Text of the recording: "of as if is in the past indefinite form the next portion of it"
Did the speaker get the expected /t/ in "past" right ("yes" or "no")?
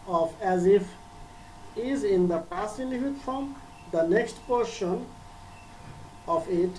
no